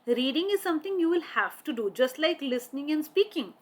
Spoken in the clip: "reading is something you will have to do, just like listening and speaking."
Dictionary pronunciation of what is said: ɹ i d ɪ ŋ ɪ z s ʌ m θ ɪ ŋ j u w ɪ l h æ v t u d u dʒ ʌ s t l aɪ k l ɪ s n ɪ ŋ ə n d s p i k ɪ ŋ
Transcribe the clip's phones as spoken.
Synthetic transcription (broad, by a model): ɹ i d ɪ ŋ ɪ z s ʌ m t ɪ ŋ j u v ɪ l h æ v t u d u dʒ ʌ s t l aɪ k l ɪ s n ɪ ŋ ə n d s p i k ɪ ŋ